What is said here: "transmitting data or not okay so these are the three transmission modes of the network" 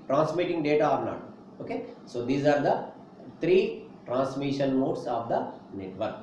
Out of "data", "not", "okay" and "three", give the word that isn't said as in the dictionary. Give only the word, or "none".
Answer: three